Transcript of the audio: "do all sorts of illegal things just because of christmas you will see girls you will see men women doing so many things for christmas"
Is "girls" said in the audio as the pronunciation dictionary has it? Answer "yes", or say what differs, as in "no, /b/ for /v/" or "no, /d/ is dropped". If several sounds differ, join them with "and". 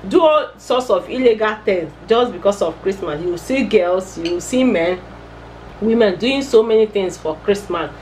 no, /s/ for /z/